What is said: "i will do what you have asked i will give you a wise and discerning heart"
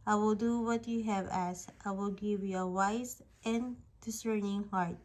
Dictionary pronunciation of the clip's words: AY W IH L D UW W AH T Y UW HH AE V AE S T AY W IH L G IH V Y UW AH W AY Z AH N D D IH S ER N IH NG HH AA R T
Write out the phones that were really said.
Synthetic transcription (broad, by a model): AY W IH L D UW W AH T Y UW HH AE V AE S T AY W IH L G IH V Y UW AH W AY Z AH N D D IH S ER N IH NG HH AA R T